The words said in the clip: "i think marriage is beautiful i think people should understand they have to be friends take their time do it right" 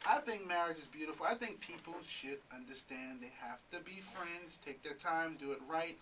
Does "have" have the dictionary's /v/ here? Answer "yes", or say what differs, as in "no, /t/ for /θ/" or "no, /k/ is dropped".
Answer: no, /f/ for /v/